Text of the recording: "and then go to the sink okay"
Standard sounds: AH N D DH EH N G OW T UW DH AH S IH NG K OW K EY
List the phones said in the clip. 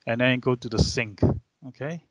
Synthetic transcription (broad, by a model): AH N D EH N G OW T UW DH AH S IH NG K OW K EY